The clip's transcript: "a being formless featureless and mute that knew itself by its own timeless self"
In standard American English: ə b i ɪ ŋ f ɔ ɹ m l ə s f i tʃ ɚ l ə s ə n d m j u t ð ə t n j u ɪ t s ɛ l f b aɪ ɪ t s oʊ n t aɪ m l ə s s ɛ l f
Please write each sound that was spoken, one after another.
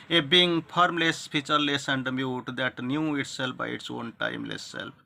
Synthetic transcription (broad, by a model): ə b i ŋ p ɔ ɹ m l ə s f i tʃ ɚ l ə s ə n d m j u t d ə t n j u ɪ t s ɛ l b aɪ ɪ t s oʊ n t aɪ m l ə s s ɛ l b